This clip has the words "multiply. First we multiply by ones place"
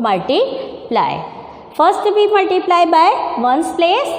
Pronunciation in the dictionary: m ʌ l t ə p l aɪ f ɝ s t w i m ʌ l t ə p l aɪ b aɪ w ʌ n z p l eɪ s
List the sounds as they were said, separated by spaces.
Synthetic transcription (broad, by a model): m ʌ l t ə p l aɪ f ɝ s t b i m ʌ l t ə p l aɪ b aɪ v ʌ n s p l eɪ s